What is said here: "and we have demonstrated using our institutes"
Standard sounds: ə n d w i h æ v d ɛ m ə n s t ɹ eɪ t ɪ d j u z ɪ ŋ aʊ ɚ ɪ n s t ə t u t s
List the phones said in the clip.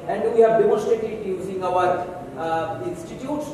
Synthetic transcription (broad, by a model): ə n d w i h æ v d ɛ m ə s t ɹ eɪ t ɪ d j u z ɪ ŋ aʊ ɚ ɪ n s t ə t u t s